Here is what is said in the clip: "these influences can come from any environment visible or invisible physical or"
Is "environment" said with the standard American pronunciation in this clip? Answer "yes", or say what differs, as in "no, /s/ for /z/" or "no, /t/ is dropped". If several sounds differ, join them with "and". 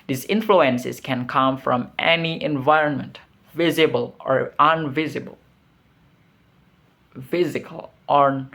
yes